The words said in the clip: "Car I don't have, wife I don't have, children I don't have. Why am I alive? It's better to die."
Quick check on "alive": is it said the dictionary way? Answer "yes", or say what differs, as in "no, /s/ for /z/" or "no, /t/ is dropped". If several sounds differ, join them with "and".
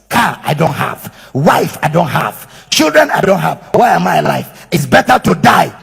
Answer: no, /f/ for /v/